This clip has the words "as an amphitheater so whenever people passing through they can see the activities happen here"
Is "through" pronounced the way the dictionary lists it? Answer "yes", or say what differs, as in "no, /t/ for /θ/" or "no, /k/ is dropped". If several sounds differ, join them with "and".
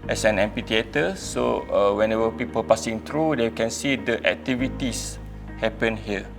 no, /t/ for /θ/